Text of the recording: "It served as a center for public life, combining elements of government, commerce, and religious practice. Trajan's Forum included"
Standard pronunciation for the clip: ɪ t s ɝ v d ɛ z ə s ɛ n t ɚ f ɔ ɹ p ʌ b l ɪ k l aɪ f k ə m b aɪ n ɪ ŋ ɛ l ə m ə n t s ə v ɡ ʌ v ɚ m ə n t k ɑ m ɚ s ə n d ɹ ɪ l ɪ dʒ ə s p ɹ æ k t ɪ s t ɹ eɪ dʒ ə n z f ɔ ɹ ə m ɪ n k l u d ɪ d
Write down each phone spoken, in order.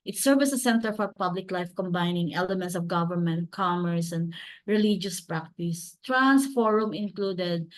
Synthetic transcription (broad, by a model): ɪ t s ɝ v ɛ s ə s ɛ n t ɚ f ɔ ɹ p ʌ b l ɪ k l aɪ f k ə m b aɪ n ɪ ŋ ɛ l ə m ə n t s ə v ɡ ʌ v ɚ m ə n t k ɑ m ɚ s ə n d ɹ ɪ l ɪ dʒ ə s p ɹ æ k t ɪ s t ɹ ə n s f ɔ ɹ ə m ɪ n k l u d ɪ d